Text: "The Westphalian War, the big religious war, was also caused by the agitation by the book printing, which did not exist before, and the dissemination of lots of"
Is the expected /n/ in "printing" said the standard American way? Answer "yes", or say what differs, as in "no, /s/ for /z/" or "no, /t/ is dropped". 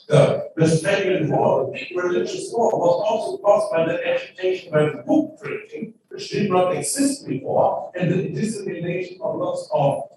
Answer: no, /n/ is dropped